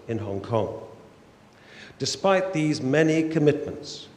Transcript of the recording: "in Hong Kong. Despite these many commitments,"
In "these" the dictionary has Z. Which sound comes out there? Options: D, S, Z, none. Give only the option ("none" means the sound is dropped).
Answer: Z